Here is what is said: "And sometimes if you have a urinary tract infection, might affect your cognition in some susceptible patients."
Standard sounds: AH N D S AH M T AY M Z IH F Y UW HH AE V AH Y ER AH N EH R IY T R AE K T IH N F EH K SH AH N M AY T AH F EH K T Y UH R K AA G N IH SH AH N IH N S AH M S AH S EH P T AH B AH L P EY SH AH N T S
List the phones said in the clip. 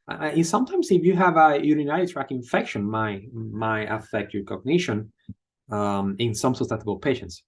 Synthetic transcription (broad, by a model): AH S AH M T AY M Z IH F Y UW HH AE V AH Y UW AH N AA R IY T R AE K IH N F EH K SH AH N M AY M AH F EH K T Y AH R K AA G N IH SH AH N IH N S AH M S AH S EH T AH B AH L P EY SH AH N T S